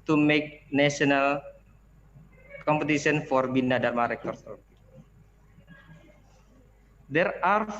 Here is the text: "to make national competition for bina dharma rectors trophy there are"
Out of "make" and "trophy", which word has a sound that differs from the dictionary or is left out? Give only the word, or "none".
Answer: trophy